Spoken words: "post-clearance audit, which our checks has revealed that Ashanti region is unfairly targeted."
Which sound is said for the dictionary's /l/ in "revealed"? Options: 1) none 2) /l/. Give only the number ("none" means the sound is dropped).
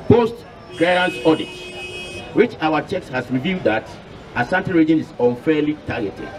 1